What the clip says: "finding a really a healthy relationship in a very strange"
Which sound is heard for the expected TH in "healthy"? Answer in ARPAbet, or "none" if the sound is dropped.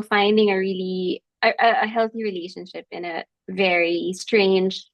TH